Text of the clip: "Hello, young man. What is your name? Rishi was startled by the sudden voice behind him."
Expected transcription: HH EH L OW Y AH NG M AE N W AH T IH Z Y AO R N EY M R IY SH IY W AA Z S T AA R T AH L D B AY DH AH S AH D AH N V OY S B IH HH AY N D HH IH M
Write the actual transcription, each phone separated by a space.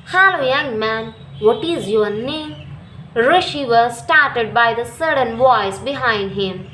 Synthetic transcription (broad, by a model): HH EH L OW Y AH NG M AE N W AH T IH Z Y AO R N EY M R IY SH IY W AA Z S T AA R T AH D B AY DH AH S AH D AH N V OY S B IH HH AY N D HH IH M